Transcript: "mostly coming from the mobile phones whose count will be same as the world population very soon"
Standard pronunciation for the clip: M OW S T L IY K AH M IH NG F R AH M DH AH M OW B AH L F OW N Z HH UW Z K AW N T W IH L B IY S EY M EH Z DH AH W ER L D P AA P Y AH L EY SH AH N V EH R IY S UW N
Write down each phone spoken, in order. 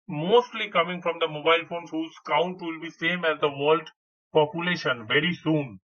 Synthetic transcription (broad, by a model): M OW S T L IY K AH M IH NG F R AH M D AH M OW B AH L F OW N HH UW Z K AW N T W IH L B IY S EY M EH Z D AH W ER L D P AA P Y AH L EY SH AH N V EH R IY S UW N